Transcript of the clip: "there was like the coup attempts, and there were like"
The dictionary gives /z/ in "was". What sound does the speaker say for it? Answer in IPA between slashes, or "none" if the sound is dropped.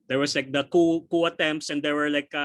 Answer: /s/